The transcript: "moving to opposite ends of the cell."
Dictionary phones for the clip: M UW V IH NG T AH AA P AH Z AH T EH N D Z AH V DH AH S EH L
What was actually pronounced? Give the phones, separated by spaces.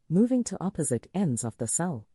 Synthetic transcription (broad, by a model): M UW V IH NG T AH AA P AH Z AH T EH N D Z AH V DH AH S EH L